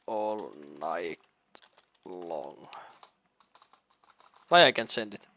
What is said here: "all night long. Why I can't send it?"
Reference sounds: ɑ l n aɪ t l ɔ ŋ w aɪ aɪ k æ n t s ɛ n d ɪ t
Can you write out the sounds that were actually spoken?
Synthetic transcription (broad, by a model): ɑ l n aɪ t l ɔ ŋ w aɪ aɪ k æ n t s ɛ n d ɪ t